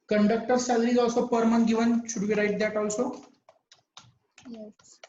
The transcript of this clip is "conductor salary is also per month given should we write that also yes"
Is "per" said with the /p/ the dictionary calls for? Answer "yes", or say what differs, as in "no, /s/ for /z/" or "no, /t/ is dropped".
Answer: yes